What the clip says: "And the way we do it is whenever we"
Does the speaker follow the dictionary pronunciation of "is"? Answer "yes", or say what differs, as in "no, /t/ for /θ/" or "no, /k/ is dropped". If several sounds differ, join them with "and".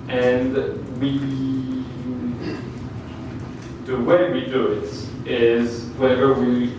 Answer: yes